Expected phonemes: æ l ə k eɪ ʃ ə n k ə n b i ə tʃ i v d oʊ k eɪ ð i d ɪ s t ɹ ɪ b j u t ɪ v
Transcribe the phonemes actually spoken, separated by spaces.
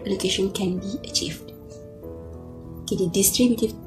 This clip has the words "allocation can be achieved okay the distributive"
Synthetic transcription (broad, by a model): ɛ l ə k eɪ ʃ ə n k ə n b i ə tʃ i v d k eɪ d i d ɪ s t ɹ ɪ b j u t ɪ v